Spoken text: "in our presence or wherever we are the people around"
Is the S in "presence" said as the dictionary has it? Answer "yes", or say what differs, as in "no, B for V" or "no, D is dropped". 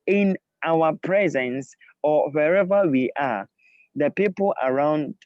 yes